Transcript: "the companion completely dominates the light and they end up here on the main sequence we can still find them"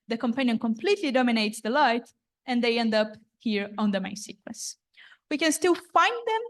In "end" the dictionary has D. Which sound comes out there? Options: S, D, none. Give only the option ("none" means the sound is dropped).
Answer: D